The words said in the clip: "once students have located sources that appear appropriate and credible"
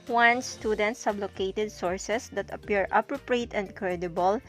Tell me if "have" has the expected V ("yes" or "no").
no